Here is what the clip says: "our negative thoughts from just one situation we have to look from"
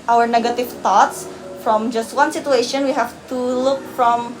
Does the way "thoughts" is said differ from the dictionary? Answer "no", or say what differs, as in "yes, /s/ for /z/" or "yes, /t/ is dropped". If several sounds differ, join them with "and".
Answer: yes, /t/ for /θ/